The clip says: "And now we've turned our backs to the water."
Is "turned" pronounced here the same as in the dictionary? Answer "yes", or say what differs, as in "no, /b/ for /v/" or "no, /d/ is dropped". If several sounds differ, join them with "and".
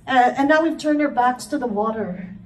no, /d/ is dropped